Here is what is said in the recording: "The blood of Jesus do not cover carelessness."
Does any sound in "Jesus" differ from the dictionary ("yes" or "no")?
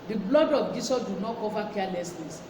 yes